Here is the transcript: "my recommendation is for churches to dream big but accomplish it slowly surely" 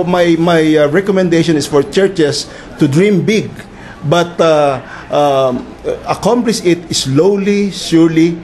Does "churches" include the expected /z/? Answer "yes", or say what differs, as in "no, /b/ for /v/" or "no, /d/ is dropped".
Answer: no, /s/ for /z/